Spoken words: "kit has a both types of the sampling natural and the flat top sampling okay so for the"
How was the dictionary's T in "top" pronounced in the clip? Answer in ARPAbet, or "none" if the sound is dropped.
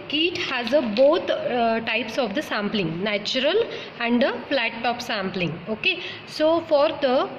T